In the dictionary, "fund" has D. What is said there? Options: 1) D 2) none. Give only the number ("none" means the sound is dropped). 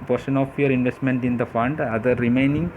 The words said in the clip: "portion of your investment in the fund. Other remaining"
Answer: 1